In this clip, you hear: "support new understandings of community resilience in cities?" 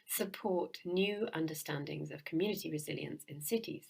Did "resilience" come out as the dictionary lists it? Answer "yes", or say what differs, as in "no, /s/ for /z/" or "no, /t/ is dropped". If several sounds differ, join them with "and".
yes